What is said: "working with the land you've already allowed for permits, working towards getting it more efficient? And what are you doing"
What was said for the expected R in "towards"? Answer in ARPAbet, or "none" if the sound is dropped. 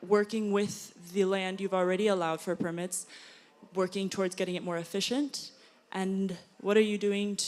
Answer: R